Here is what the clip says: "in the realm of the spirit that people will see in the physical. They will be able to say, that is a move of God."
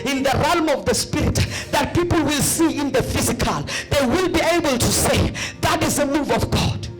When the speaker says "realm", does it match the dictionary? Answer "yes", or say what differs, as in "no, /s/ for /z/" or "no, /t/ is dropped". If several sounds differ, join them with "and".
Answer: yes